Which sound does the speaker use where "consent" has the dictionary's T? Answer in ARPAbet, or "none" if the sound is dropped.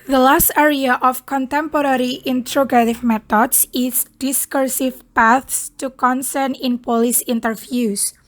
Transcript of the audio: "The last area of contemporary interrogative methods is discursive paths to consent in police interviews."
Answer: none